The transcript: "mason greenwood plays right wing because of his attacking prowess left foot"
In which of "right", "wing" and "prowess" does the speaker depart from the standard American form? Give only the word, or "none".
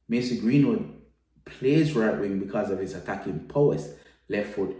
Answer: prowess